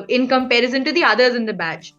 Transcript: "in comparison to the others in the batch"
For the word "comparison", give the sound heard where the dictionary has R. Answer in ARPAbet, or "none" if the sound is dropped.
R